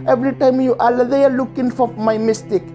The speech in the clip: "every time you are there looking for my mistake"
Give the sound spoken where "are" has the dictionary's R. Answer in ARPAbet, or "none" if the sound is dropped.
L